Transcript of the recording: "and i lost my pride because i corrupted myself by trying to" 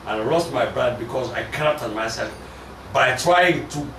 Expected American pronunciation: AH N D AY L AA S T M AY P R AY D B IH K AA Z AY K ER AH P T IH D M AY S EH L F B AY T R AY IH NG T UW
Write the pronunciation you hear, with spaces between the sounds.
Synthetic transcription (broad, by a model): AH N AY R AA S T M AY B R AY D B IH K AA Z AY K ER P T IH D M AY S EH L F B AY T R AY IH NG T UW